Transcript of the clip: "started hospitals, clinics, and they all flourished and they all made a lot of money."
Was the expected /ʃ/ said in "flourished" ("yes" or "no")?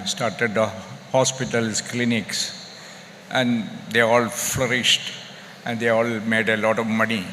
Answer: yes